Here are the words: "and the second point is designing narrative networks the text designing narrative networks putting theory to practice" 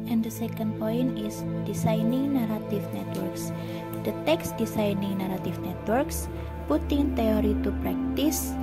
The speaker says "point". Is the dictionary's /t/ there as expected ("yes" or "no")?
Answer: no